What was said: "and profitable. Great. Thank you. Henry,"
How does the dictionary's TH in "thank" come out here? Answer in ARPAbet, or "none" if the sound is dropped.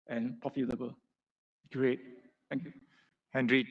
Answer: T